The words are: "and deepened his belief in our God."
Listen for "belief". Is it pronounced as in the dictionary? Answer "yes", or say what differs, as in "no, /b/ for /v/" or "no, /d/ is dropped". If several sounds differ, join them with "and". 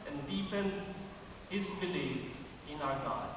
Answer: no, /f/ is dropped